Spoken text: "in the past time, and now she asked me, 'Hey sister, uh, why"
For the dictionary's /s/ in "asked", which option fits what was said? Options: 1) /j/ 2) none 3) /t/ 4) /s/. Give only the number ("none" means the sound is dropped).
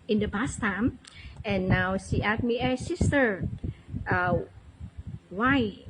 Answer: 2